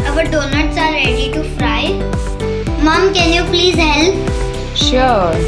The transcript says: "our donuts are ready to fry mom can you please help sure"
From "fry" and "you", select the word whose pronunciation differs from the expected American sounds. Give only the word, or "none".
none